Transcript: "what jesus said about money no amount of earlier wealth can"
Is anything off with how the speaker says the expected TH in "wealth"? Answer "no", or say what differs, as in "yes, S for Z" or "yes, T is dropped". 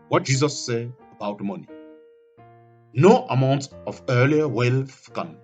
yes, F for TH